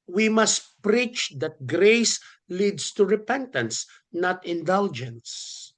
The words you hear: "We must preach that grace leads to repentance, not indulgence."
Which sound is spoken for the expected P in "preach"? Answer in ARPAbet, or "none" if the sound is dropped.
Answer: P